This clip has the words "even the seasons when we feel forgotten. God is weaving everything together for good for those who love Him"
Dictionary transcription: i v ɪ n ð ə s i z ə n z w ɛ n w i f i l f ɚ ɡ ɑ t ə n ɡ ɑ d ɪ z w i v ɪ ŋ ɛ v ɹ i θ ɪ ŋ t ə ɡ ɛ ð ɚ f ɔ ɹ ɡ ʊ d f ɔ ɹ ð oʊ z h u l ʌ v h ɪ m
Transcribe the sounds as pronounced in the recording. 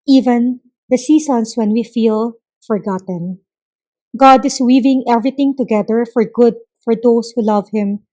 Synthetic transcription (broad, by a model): i v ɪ n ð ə s i s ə n s w ɛ n w i f i l f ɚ ɡ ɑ t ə n ɡ ɑ d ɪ s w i v ɪ ŋ ɛ v ɹ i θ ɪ ŋ t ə ɡ ɛ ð ɚ f ɔ ɹ ɡ ʊ d f ɔ ɹ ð oʊ s h u l ʌ v h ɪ m